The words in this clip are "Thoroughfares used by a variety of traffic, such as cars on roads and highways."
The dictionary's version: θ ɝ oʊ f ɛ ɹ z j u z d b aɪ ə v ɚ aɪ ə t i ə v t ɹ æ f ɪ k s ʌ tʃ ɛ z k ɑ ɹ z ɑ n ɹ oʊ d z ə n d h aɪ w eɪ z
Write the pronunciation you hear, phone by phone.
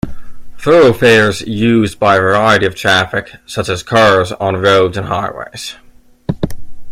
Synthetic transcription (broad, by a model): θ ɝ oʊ f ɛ ɹ z j u z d b aɪ ə v ɚ aɪ ə t i ə v t ɹ æ f ɪ k s ʌ tʃ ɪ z k ɑ ɹ z n ɹ oʊ d z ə n h aɪ w eɪ z